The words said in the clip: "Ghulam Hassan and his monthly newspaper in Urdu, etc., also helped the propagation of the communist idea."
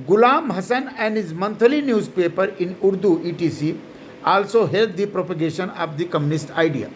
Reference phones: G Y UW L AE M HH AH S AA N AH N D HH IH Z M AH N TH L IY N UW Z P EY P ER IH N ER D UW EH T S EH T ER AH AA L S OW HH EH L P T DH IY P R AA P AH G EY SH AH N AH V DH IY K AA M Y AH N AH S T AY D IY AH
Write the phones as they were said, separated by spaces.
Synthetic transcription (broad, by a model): G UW L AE M HH AH S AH N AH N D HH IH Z M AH N T L IY N UW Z P EY P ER IH N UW D UW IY T IY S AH AA L S OW HH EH L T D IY P R AA P AH G EY SH AH N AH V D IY K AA M Y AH N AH S T AY D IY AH